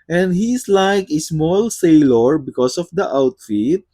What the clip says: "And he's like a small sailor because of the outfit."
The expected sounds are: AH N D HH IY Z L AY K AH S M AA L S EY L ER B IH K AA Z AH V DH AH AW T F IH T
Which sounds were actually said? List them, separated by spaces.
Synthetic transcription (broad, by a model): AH N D HH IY S L AY K AH S M AA L S EY L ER B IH K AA S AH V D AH AW T F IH T